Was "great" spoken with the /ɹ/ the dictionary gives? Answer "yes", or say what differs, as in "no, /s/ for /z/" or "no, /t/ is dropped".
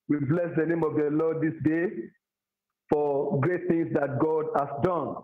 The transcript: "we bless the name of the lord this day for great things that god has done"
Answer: yes